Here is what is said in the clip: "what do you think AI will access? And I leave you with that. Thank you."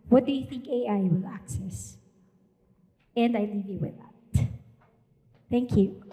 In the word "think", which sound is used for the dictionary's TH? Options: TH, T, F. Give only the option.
TH